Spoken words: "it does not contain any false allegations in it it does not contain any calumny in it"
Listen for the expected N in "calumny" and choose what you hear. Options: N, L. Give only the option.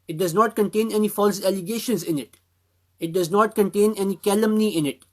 N